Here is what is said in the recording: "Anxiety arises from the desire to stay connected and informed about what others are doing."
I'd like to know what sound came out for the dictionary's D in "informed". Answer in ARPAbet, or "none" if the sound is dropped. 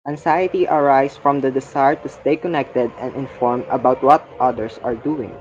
none